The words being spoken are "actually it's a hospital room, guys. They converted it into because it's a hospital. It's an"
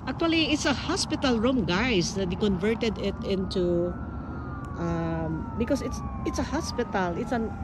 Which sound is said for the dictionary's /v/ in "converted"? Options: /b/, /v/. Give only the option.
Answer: /v/